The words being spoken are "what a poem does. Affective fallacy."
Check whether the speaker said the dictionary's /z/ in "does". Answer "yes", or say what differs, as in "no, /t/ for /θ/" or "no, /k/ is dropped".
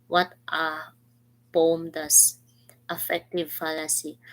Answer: no, /s/ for /z/